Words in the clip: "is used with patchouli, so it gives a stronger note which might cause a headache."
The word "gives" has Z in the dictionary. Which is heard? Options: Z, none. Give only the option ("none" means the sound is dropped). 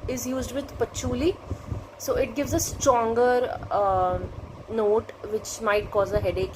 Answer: Z